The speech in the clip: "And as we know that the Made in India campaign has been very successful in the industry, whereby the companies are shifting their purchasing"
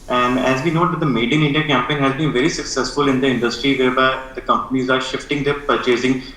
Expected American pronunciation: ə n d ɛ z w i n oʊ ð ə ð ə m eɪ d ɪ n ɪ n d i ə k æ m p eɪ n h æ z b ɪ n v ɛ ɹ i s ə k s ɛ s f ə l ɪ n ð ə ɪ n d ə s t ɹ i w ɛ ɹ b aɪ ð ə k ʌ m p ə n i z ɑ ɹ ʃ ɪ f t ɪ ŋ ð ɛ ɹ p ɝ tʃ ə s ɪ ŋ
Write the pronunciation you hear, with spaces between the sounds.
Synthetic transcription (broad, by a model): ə n d ɛ z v i n oʊ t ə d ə m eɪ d ɪ n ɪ n d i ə k æ m p eɪ n h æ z b ɪ n v ɛ ɹ i s ə k s ɛ s f ə l ɪ n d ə ɪ n d ə s t ɹ i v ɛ ɹ b aɪ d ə k ʌ m p ə n i z ɑ ɹ ʃ ɪ f t ɪ ŋ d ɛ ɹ p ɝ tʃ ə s ɪ ŋ